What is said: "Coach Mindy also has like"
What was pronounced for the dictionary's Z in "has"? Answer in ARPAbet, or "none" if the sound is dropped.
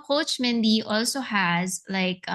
Z